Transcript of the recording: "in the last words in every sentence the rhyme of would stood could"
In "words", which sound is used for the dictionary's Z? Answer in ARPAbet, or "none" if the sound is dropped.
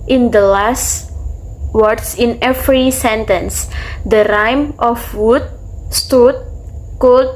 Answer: S